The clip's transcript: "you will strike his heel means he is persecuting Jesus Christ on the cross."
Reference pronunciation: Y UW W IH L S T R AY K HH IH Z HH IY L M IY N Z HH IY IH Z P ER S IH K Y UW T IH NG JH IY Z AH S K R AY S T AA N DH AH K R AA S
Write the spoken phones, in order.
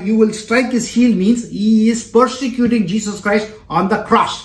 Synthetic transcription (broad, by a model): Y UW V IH L S T R AY K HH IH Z HH IY L M IY N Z HH IY IH Z P ER S IH K Y UW T IH NG JH IY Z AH S K R AY S T AA N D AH K R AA S